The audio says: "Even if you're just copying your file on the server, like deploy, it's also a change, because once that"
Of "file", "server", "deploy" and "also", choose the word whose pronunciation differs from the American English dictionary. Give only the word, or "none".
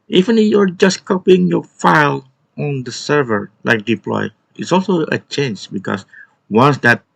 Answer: none